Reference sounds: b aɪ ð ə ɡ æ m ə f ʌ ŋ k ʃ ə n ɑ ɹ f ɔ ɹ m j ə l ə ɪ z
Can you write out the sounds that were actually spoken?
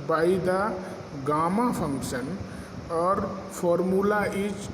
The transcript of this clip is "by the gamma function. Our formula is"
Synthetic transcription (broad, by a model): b aɪ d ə ɡ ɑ m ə p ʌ ŋ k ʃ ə n ɑ ɹ p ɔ ɹ m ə l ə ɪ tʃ